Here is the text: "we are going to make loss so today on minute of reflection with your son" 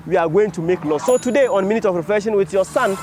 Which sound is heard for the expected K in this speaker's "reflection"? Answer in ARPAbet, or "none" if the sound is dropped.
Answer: none